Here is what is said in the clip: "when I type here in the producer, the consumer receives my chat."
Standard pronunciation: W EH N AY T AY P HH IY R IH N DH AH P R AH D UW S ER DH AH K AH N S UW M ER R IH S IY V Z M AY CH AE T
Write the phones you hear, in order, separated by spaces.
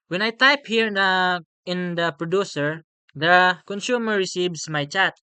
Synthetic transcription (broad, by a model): W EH N AY T AY P HH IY R IH N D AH P R AH D UW S ER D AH K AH N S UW M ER R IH S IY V S M AY CH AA T